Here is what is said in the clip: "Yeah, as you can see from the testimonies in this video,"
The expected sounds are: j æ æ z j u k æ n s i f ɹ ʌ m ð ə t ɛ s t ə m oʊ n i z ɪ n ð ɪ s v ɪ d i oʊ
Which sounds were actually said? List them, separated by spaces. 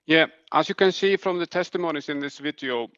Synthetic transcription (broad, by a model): j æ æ s j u k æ n s i f ɹ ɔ m ð ə t ɛ s t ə m oʊ n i s ɪ n ð ɪ s v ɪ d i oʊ